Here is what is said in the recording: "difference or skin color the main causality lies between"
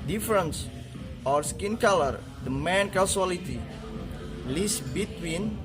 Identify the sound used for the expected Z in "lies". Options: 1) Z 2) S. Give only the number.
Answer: 2